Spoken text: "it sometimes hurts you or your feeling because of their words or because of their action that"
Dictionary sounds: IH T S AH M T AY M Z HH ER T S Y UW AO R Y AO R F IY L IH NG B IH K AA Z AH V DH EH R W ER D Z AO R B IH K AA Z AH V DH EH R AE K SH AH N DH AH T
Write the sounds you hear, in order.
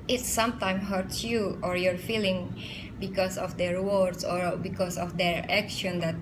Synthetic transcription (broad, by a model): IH T S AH M T AY M HH ER T S Y UW AO R Y AO R F IY L IH NG B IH K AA S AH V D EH R W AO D S AO R B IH K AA S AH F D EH R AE K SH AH N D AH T